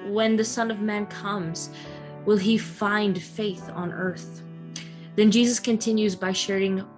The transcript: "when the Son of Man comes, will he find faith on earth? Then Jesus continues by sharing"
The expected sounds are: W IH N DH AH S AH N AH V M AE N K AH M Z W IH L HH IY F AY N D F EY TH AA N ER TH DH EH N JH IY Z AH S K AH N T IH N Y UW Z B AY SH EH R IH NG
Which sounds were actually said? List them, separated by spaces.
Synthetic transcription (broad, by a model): W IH N DH AH S AH N AH V M AE N K AH M Z W IH L IY F AY N D F EY TH N ER TH DH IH N JH IY Z AH S K AH N T IH N Y UW Z B AY SH EH R IH NG